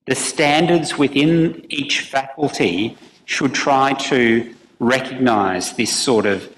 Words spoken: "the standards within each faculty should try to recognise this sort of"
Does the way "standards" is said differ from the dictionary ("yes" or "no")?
no